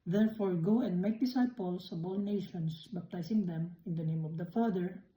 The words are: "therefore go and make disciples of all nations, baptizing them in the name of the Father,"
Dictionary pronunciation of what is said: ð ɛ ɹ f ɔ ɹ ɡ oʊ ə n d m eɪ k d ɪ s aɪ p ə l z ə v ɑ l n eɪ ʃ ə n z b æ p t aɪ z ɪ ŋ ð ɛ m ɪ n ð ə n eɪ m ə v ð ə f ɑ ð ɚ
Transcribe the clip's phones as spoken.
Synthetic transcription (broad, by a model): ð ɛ ɹ f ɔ ɹ ɡ oʊ ə n d m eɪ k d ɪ s aɪ p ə l s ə b ɑ l n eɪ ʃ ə n s b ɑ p t aɪ s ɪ ŋ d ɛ m ɪ n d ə n eɪ m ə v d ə f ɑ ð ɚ